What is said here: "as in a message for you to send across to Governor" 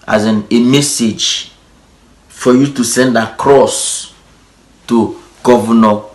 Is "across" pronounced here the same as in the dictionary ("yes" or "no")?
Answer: yes